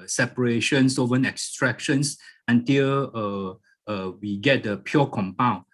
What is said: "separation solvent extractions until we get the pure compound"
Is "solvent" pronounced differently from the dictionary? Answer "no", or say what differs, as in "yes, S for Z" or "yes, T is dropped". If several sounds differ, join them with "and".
yes, L is dropped and T is dropped